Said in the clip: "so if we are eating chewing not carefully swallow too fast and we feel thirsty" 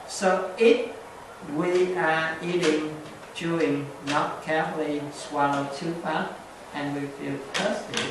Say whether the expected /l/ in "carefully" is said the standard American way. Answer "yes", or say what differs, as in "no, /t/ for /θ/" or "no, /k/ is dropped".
yes